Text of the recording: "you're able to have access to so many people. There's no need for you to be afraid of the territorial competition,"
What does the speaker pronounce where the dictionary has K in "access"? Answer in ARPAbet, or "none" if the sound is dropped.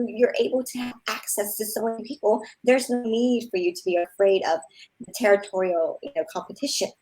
K